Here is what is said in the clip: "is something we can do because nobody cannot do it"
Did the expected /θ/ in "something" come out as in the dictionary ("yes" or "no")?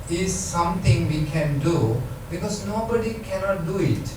no